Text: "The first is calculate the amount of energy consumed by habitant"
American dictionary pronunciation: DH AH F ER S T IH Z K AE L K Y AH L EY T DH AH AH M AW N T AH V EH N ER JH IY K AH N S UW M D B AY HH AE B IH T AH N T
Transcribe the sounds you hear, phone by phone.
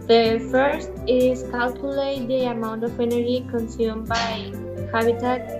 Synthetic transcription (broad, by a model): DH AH F ER S T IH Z K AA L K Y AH L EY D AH AH M AW N T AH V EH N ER IY K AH N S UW M B AY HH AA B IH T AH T